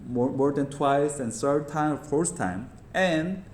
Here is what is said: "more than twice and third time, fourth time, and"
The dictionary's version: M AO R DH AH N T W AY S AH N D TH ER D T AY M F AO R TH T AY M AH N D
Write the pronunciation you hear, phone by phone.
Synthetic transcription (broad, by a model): M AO R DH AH N T W AY S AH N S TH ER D T AY M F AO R S T AY M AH N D